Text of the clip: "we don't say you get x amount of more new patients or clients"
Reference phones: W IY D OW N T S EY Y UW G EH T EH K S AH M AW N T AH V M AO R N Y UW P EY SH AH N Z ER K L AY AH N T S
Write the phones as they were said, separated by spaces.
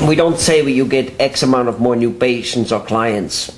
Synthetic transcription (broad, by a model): W IY D OW N T S EY Y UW G EH T EH K S AH M AW N T AH V M AO R N Y UW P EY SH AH N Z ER K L AY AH N T S